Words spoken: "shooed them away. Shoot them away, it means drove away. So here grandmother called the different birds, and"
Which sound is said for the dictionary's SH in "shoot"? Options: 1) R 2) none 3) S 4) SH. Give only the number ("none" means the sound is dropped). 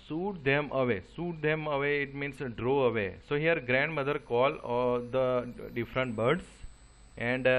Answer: 3